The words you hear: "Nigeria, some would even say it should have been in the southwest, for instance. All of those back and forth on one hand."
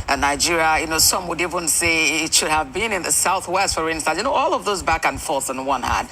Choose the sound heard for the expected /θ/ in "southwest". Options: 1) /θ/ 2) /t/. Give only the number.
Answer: 1